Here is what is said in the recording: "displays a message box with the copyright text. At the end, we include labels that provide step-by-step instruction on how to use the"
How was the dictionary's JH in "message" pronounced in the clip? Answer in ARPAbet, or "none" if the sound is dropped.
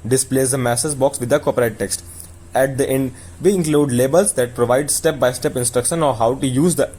Z